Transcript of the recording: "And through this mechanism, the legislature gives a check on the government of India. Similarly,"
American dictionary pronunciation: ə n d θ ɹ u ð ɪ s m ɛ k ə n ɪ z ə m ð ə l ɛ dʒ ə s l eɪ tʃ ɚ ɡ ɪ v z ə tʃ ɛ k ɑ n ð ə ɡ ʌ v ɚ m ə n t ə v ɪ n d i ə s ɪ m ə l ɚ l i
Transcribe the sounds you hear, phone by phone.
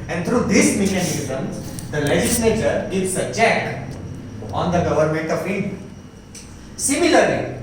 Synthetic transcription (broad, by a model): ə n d t ɹ u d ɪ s m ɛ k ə n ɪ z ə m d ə l ɛ dʒ ə s l eɪ tʃ ɚ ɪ z ə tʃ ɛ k ɑ n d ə ɡ ʌ v ɚ m ə n t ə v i d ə s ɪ m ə l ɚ l i